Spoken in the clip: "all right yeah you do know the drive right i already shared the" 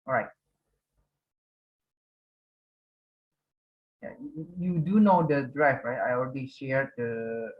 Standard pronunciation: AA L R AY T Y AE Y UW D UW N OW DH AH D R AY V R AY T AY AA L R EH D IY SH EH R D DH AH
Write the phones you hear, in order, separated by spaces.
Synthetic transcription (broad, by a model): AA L R AY T Y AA Y UW D UW N OW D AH D R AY F R AY T AY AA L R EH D IY SH EH R D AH